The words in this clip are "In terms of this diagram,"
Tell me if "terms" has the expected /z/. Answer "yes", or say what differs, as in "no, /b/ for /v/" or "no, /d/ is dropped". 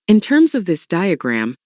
yes